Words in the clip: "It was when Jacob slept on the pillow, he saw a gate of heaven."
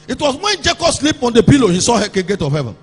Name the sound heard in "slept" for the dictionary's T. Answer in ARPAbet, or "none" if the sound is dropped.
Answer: none